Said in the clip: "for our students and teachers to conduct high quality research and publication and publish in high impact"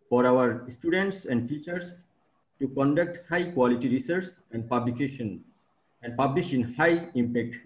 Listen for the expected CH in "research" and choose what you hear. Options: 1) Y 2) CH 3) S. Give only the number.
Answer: 3